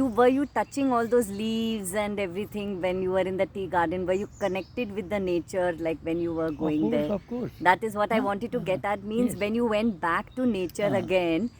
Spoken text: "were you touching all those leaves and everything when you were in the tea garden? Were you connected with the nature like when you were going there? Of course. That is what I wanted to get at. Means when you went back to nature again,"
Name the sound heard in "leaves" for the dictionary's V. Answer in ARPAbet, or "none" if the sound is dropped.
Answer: V